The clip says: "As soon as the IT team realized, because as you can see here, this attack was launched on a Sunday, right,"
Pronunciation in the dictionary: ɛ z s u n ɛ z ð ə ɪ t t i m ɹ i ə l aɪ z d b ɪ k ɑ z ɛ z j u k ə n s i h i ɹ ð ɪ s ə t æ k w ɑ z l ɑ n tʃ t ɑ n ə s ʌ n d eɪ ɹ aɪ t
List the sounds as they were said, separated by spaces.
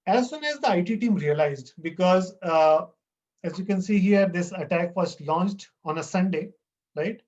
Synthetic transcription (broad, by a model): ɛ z s u n ɛ z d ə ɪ t t i m ɹ i ə l aɪ z d b ɪ k ɑ z ɛ z j u k ə n s i h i ɹ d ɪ s ə t æ k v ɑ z l ɑ n tʃ t ɑ n ə s ʌ n d eɪ ɹ aɪ t